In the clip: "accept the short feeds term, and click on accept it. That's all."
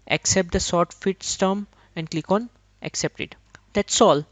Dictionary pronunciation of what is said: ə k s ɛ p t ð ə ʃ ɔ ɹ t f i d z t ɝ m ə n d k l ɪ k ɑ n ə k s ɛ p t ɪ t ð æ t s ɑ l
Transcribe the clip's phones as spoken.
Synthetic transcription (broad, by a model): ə k s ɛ p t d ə s ɔ ɹ t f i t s t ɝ m ə n d k l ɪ k ɑ n ə k s ɛ p t ɪ t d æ t s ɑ l